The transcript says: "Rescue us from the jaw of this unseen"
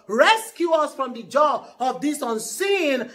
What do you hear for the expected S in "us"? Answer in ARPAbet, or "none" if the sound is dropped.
S